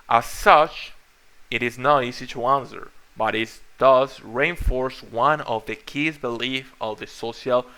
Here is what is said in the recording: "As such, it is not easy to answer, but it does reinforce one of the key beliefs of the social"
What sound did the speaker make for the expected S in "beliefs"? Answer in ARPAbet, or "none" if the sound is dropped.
none